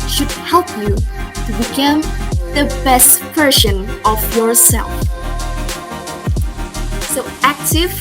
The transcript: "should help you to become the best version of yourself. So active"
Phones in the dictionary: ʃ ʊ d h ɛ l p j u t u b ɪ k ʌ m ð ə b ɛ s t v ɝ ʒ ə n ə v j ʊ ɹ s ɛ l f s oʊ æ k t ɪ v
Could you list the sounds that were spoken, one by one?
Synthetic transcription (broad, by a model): ʃ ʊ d h ɛ l p j u t u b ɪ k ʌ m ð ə b ɛ s t p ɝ ʃ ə n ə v j ʊ ɹ s ɛ l f s oʊ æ k t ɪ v